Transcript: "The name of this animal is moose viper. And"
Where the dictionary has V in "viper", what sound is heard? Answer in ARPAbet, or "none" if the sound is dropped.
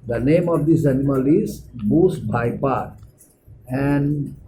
B